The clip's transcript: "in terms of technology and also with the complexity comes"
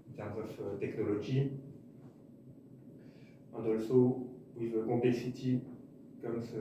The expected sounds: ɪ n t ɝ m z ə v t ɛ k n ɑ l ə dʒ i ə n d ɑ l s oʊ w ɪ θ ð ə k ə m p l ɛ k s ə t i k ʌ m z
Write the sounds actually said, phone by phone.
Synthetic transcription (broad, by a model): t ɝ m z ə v t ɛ k n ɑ l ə ʒ i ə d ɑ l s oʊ w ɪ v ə k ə p l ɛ k s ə t i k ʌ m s